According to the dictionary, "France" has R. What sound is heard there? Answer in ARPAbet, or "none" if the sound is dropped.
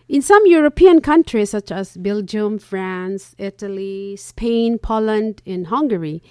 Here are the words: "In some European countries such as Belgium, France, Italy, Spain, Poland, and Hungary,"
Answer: R